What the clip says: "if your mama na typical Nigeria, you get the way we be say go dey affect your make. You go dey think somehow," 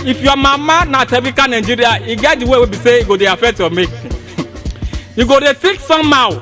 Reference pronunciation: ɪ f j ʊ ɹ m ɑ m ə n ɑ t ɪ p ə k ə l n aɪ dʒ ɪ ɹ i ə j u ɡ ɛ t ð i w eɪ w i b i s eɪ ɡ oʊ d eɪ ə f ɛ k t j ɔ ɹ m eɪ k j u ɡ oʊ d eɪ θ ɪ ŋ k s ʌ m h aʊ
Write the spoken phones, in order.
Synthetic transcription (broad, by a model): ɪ f j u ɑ m ɑ m ə n ɑ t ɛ b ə k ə n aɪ dʒ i ɹ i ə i ɡ ɛ t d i w eɪ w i b i s eɪ ɡ oʊ d eɪ ə f ɛ k t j ɔ m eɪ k j u ɡ oʊ d eɪ t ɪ k s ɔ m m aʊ